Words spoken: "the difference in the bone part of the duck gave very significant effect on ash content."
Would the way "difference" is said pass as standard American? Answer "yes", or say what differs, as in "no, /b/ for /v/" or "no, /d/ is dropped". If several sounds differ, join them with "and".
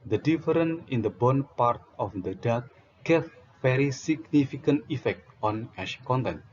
no, /s/ is dropped